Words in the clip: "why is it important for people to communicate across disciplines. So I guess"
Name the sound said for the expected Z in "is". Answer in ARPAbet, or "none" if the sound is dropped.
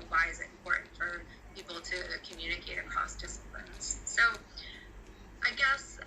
Z